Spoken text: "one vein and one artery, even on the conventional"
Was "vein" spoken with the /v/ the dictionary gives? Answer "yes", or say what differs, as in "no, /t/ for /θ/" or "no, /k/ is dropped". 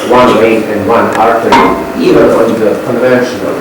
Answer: no, /w/ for /v/